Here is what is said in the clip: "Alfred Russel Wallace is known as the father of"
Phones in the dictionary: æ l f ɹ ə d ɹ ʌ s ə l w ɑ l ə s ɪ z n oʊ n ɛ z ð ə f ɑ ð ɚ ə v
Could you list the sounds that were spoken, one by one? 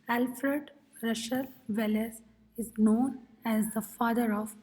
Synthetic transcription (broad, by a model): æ l f ɹ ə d ɹ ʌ ʃ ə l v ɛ l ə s ɪ z n oʊ n ɛ z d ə f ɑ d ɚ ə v